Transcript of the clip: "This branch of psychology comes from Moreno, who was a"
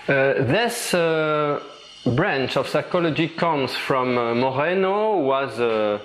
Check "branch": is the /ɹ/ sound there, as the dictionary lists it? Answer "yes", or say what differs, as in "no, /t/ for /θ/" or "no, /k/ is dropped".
yes